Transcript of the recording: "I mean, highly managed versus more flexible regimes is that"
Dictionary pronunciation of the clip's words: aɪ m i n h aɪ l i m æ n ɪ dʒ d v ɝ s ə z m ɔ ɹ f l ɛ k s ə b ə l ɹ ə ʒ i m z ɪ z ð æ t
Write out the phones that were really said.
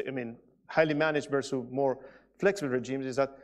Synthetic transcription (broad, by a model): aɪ m i n h aɪ l i m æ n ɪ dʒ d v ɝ s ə m ɔ ɹ f l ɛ k s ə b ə l ɹ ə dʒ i m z ɪ z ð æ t